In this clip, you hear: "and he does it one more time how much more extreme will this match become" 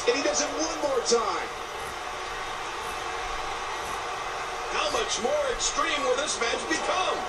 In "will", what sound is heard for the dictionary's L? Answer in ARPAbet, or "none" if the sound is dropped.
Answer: L